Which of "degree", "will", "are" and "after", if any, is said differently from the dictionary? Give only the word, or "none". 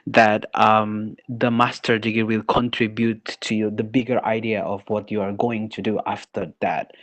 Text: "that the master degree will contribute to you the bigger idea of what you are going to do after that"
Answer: degree